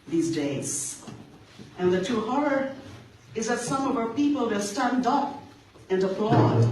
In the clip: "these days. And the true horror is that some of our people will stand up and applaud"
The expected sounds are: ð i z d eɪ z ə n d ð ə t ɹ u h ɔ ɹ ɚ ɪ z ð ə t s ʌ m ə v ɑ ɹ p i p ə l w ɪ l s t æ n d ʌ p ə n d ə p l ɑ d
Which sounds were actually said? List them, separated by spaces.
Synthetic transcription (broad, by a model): ð i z d eɪ z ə n ð ə t u h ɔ ɹ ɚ ɪ z ð ə t s ʌ m ə v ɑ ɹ p i p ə l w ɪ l s t æ n d ʌ p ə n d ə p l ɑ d